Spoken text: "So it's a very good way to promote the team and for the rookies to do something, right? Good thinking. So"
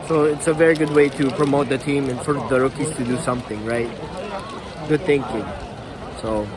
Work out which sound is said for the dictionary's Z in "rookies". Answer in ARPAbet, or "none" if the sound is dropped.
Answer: S